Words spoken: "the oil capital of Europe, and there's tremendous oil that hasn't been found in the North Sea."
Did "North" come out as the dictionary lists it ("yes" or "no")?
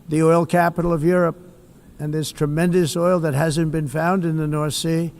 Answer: yes